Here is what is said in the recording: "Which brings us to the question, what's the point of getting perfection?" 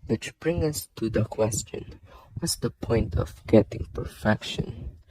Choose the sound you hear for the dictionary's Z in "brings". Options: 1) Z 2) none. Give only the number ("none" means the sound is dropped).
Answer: 2